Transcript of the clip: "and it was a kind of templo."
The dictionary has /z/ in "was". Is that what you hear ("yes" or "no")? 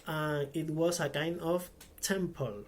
no